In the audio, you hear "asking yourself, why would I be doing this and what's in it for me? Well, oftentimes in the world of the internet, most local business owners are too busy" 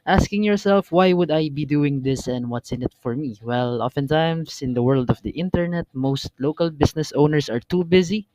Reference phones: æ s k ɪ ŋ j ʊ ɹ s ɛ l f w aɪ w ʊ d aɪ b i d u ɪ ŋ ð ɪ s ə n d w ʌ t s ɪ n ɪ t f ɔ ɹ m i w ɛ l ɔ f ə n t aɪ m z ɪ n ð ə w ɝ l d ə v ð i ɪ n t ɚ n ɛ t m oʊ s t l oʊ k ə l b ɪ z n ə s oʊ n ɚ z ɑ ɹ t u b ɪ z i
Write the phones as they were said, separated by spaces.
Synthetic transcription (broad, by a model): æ s k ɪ ŋ j ʊ ɹ s ɛ l f w aɪ w ʊ d aɪ b i d u ɪ ŋ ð ɪ s ə n d w ʌ t s ɪ n ɪ t f ɔ ɹ m i w ɛ l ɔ f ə n t aɪ m s ɪ n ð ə w ɝ l d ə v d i ɪ n t ɚ n ɛ t m oʊ s t l oʊ k ə l b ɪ s n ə s oʊ n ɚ s ɑ ɹ t u b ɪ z i